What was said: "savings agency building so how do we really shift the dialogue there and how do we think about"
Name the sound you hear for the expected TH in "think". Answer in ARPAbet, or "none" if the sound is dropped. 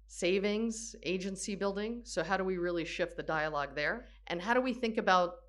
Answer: TH